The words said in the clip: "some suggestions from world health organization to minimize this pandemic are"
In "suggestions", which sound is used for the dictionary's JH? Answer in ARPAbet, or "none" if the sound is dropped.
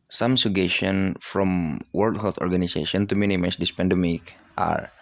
none